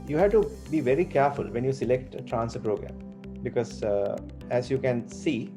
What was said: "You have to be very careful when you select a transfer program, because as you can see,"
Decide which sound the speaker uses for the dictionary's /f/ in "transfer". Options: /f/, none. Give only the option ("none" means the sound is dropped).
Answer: none